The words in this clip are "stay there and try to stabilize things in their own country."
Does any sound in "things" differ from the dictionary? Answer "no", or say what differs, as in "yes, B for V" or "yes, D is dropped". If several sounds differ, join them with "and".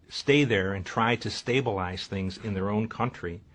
no